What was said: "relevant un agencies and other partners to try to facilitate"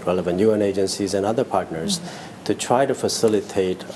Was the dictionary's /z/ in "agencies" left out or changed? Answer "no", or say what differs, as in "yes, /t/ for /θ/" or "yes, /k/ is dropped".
no